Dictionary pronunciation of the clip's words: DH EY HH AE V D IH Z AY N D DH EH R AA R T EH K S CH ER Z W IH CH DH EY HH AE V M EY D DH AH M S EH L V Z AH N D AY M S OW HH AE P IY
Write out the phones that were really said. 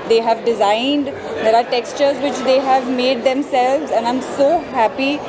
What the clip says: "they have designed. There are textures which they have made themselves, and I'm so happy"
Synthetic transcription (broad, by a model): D EY HH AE V D IH Z AY N D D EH R AA R T EH K S CH ER Z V IH CH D EY HH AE V M EY D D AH M S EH L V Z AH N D AY M S OW HH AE P IY